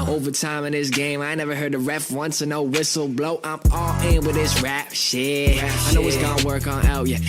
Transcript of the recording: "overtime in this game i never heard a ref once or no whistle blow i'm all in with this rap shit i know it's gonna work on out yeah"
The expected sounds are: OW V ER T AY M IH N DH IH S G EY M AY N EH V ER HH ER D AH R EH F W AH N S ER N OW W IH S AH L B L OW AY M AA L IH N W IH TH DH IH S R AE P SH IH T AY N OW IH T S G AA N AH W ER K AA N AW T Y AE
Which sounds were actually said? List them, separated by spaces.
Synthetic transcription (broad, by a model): OW V ER T AY M IH N DH IH S G EY M AY N EH V ER HH ER D AH R EH F W AH N S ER N OW W IH S L B L OW AY M AA L IH N W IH DH IH S R AE P SH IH AY N OW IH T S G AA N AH W ER K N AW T Y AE